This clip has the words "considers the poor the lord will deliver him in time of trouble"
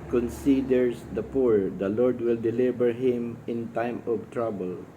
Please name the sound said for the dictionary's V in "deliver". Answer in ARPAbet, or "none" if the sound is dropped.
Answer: B